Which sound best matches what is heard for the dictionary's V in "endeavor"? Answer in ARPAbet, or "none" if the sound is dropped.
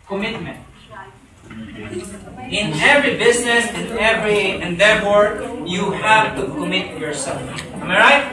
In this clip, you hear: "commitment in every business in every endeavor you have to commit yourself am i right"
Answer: F